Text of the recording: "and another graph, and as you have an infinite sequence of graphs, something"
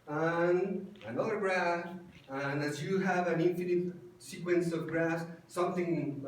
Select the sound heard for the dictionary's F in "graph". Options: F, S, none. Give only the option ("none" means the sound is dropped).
none